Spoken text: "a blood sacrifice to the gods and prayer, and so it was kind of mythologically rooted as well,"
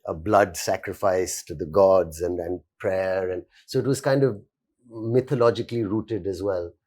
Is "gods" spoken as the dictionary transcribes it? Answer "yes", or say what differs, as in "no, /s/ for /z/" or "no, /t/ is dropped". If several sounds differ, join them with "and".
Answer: yes